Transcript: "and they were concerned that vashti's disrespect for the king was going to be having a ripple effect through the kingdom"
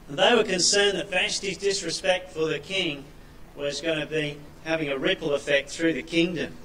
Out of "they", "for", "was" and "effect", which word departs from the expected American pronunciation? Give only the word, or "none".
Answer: none